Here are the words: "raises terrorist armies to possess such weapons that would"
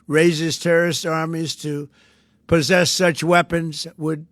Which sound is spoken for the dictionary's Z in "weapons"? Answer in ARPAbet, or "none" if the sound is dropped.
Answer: Z